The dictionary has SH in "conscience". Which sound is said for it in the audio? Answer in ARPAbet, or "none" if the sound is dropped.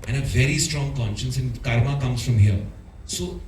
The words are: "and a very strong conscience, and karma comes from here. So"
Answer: SH